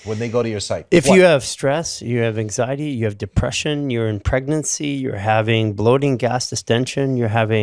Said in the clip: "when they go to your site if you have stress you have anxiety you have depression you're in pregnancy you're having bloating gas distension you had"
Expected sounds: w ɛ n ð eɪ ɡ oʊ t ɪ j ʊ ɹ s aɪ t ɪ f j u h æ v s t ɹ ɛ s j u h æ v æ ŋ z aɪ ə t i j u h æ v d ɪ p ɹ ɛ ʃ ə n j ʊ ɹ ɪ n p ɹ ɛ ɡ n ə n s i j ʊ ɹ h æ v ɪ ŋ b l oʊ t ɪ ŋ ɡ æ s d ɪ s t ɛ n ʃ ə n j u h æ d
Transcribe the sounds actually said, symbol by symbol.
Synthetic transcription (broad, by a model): w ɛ n ð eɪ ɡ oʊ t ɪ j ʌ ɹ s aɪ t ɪ f j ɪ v s t ɹ ɛ s j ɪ v æ ŋ z aɪ ə t i j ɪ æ v d ɪ p ɹ ɛ ʃ ə n j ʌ ɹ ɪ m p ɹ ɛ ɡ n ə n s i j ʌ ɹ h æ v ɪ ŋ b l oʊ t ɪ ŋ ɡ æ s d ɪ s t ɛ n ʃ ə n j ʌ h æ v